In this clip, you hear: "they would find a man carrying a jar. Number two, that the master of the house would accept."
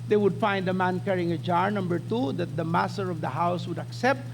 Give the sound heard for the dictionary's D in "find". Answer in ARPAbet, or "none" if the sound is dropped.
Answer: D